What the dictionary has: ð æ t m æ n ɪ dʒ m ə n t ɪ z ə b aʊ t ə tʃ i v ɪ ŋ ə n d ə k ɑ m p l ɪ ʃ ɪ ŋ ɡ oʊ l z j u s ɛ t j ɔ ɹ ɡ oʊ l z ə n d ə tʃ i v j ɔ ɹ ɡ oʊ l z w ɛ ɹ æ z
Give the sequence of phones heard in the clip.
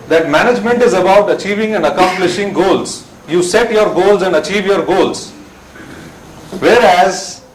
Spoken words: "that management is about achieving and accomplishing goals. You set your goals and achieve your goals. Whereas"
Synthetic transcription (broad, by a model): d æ t m æ n ɪ dʒ m ə n t ɪ z ə b aʊ t ə tʃ i v ɪ ŋ ə n d ə k ɑ m p l ɪ ʃ ɪ ŋ ɡ oʊ l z j u s ɛ t j ɔ ɹ ɡ oʊ l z ə n d ə tʃ i v j ɔ ɹ ɡ oʊ l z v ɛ ɹ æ z